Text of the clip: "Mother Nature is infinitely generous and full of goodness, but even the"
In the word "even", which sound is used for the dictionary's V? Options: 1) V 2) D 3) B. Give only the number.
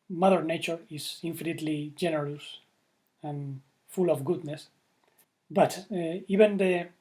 3